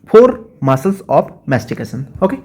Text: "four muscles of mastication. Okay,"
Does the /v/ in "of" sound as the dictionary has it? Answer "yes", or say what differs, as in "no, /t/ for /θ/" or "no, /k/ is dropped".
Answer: no, /p/ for /v/